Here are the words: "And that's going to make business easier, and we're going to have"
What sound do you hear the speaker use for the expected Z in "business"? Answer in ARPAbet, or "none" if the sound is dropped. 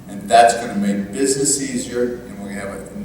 Z